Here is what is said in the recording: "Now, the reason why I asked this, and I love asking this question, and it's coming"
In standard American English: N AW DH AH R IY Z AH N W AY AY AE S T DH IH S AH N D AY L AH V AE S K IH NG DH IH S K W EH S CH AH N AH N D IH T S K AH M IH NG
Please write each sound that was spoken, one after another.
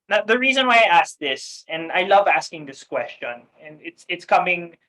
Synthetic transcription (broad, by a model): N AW DH AH R IY Z AH N W AY AY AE S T DH IH S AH N AY L AH V AE S K IH NG DH IH S K W EH S CH AH N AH N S IH T S K AH M IH NG